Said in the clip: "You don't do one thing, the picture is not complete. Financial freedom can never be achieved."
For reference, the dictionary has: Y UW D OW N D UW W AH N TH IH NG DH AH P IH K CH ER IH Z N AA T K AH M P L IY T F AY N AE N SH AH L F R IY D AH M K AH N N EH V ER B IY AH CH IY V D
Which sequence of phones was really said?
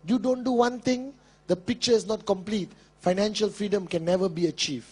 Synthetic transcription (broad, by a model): Y UW D OW N D UW W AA N T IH NG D AH P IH K CH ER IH S N AA T K AH M P L IY T F AY N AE N SH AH L F R IY D AH M K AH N N EH V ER B IY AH CH IY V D